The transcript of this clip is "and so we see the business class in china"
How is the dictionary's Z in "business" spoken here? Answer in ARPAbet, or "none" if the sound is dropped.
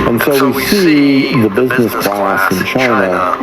Z